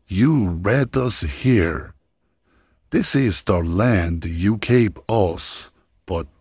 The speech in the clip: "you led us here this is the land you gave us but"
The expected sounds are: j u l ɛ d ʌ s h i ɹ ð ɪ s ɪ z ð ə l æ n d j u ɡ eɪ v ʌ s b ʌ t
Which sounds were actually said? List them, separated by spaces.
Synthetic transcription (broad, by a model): j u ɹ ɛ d ʌ s h i ɹ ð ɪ s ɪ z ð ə l æ n d j u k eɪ p ʌ s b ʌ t